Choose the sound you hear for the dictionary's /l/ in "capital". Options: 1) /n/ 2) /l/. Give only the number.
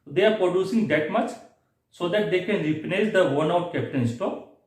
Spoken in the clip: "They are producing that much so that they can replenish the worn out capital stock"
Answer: 1